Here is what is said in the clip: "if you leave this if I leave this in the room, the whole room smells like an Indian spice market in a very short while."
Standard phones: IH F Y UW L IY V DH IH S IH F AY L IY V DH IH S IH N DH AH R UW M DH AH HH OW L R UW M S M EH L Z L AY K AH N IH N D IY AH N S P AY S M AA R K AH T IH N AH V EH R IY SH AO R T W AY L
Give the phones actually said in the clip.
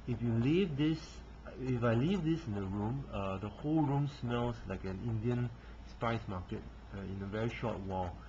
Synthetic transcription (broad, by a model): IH F Y UW L IY V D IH S IH F AY L IY V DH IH S IH N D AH R UW M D AH HH OW L R UW M S M EH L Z L AY K AH N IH N D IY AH N S P AY S M AA K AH T IH N AH V EH R IY SH AO T W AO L